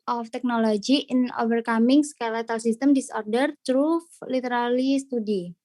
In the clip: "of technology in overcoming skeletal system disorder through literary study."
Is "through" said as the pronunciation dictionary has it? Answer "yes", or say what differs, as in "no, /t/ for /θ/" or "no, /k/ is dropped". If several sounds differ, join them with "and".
no, /t/ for /θ/